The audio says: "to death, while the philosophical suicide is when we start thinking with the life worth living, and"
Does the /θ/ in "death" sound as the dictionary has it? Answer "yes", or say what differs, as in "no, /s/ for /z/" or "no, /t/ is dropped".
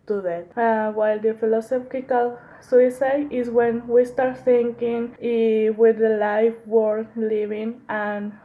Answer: no, /t/ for /θ/